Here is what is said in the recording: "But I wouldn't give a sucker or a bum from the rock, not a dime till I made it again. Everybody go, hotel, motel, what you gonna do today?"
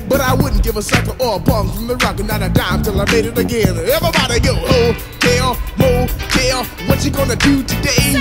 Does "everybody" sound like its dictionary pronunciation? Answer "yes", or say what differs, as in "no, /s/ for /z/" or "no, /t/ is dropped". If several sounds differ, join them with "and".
no, /ɹ/ is dropped